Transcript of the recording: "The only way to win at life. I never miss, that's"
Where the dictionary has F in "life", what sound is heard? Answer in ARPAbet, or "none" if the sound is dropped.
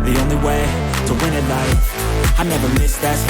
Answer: none